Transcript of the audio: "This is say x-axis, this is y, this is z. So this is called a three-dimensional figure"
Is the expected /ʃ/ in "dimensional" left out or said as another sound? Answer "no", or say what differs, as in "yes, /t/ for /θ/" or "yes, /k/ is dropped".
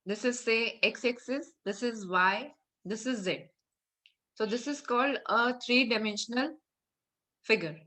no